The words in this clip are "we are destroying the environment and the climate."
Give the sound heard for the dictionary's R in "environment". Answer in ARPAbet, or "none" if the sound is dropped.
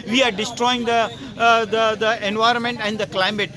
R